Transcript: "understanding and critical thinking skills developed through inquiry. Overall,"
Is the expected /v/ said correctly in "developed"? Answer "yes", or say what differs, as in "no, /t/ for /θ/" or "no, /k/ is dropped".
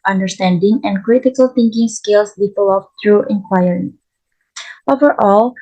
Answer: no, /p/ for /v/